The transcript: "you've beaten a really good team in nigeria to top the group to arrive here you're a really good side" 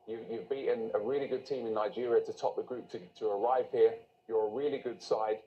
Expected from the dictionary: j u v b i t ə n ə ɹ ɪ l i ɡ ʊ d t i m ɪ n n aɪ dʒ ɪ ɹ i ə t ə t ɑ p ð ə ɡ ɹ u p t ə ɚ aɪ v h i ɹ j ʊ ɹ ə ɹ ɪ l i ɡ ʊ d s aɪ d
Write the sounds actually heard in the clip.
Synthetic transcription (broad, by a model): j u v b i t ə n ə ɹ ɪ l i ɡ ʊ d t i m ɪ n n aɪ dʒ ɪ ɹ i ə t ə t ɑ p ð ə ɡ ɹ u p t ə ɚ aɪ v h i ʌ j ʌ ɹ ə ɹ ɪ l i ɡ ʊ d s aɪ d